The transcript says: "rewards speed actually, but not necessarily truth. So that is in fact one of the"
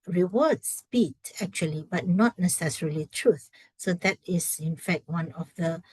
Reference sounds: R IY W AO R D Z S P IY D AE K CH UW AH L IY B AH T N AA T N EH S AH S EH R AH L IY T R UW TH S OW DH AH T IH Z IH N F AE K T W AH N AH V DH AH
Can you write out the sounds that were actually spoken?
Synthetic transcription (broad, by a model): R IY W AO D S P IY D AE K CH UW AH L IY B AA T N AA T N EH S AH S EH R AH L IY T R UW TH S OW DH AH T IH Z IH N F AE K T W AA N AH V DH AH